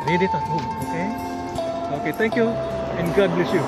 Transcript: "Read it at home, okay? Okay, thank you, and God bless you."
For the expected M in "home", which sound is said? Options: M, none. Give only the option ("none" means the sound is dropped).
none